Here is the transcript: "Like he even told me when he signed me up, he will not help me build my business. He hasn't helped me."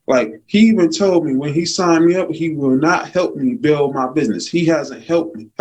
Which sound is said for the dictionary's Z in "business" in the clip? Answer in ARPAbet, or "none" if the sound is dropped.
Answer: Z